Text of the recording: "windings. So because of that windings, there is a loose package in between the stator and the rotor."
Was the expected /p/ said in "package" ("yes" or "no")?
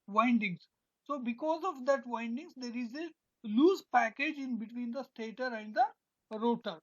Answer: yes